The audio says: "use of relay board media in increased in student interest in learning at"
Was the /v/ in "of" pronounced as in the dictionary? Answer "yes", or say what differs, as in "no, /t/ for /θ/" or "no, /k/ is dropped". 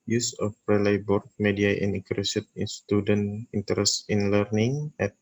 no, /p/ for /v/